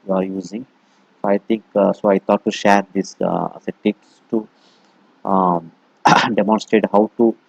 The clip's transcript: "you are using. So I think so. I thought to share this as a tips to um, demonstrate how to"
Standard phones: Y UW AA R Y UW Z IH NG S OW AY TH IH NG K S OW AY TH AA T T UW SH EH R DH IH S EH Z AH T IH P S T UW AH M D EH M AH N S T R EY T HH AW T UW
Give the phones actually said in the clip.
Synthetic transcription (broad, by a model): Y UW AA R Y UW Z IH NG S OW AY T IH NG K S OW AY T AA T T UW SH EH R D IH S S AH T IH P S T UW D EH M AH N S T R EY T HH AW T UW